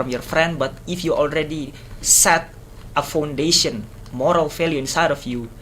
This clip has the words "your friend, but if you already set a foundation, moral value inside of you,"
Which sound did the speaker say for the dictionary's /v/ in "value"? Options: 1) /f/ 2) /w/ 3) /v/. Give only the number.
1